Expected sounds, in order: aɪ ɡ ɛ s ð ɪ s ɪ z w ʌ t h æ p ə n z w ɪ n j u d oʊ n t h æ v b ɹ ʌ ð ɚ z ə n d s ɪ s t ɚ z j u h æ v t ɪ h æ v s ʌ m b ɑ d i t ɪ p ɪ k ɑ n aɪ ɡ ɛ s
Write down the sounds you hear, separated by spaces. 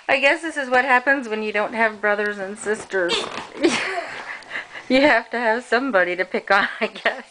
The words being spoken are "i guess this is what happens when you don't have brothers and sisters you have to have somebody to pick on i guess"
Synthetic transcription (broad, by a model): aɪ ɡ ɛ s ð ɪ s ɪ z w ʌ t h æ p ə n z w ɪ n j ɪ d oʊ n t h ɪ v b ɹ ʌ ð ɚ z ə n s ɪ s t ɚ z j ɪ h æ f t ɪ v s ʌ m b ɑ d i t ɪ p ɪ k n aɪ ɡ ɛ s